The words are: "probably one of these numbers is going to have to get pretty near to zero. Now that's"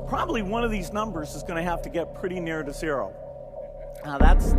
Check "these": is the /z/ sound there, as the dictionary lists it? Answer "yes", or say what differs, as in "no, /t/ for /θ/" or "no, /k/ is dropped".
yes